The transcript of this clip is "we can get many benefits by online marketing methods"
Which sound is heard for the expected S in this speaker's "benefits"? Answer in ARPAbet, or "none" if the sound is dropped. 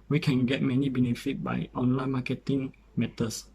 none